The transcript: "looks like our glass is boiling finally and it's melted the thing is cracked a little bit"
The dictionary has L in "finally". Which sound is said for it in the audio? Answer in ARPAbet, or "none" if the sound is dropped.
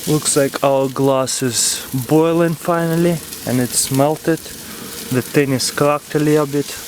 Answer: L